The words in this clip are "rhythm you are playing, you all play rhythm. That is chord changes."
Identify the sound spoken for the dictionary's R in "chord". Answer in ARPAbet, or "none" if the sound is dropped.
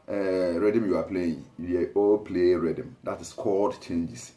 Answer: L